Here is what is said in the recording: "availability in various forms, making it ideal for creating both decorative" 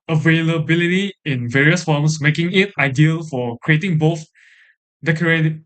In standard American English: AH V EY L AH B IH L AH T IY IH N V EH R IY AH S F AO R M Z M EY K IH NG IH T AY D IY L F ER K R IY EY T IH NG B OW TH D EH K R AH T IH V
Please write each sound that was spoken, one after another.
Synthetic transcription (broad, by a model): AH V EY L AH B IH L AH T IY IH N V EH R IY AH S F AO M S M EY K IH NG IH T AY D IY L F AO K R IY EY T IH NG B OW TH D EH K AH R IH